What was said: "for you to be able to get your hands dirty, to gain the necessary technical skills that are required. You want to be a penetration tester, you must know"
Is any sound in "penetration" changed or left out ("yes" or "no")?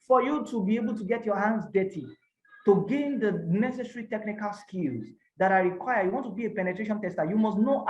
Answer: no